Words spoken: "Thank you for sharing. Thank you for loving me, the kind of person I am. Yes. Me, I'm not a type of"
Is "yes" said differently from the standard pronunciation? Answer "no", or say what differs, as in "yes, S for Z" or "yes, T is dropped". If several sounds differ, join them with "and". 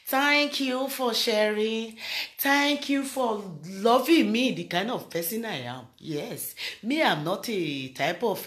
no